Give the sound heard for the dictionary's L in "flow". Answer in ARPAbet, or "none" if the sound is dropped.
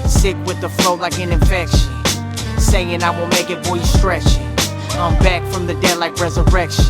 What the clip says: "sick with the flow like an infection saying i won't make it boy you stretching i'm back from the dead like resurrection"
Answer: L